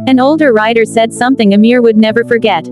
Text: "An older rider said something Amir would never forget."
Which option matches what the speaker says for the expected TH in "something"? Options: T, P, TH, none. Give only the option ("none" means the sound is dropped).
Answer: TH